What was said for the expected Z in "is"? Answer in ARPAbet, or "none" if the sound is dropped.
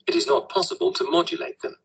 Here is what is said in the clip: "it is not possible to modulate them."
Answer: Z